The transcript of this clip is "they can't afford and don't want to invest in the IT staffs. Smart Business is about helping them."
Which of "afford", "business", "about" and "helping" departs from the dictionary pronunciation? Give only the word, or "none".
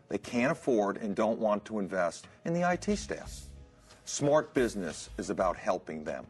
none